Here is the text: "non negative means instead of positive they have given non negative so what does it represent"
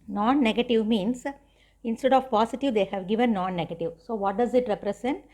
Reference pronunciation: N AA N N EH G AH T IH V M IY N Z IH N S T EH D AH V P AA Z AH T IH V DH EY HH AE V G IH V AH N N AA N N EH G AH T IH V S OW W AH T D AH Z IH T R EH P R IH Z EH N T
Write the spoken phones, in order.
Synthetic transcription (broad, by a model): N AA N N EH G AH T IH V M IY N S IH N S T EH D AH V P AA S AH T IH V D EY HH AE V G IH V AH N N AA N N EH G AH T IH V S OW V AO T D AH Z IH T R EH P R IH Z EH N T